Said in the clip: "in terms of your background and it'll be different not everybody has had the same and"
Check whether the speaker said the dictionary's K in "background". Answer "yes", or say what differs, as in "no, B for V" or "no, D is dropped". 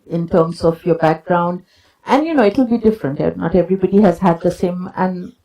yes